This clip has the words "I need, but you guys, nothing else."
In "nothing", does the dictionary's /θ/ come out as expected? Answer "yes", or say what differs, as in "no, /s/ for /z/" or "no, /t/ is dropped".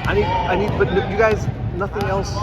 yes